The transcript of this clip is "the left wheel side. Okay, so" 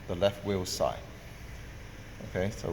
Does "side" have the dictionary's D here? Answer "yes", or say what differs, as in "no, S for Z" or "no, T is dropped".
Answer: no, D is dropped